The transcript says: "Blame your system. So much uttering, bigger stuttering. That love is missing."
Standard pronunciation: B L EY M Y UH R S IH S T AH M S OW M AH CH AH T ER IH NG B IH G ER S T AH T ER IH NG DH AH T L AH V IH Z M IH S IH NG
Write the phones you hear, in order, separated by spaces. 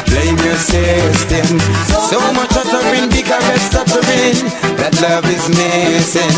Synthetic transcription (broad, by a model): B L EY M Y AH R S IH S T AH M S OW M AH CH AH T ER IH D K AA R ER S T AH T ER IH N DH AH T L AH V IH Z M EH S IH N